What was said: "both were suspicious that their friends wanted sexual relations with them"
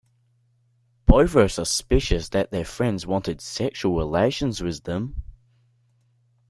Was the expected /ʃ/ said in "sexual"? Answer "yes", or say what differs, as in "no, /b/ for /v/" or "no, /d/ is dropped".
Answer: yes